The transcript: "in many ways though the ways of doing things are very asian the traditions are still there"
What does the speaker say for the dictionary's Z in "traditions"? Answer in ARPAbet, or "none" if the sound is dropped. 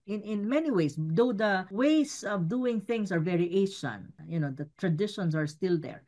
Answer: S